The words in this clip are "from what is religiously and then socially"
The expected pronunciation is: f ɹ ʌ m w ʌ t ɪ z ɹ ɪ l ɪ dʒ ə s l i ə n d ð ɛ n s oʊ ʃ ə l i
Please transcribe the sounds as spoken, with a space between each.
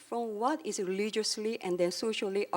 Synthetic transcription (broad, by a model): f ɹ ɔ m w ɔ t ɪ s ɹ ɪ l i dʒ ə s l i ə n d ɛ n s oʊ ʃ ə l i